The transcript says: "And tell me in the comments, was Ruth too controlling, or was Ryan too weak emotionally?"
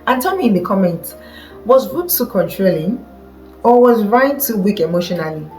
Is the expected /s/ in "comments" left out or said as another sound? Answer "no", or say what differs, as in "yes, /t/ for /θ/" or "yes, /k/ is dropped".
yes, /s/ is dropped